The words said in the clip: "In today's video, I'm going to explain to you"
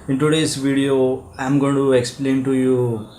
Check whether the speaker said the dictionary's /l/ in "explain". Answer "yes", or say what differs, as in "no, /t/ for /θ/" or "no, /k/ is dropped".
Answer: yes